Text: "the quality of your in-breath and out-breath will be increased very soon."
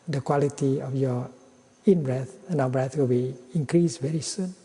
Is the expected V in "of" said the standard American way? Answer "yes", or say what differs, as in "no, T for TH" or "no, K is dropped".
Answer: no, F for V